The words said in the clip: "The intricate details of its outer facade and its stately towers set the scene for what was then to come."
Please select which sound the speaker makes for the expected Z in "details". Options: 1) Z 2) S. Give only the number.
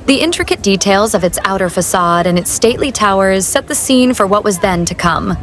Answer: 1